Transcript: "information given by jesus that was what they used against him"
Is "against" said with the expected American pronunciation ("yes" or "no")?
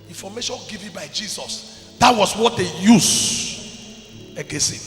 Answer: no